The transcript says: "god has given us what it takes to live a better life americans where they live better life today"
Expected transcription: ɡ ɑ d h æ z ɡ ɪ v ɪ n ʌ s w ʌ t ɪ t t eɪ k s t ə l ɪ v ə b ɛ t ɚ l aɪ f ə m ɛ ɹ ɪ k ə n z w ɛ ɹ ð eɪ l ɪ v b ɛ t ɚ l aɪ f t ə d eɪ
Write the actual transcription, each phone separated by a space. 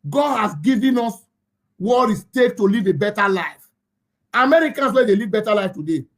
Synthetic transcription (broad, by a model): ɡ ɑ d h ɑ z ɡ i v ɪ n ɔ s w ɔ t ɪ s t eɪ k t ə l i v ə b ɛ t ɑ l aɪ f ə m ɛ ɹ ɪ k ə n s w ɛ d eɪ l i v b ɛ t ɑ l aɪ f t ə d eɪ